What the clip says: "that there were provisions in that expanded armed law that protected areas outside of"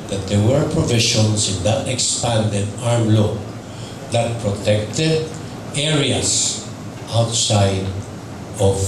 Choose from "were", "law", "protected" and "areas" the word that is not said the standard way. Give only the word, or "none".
areas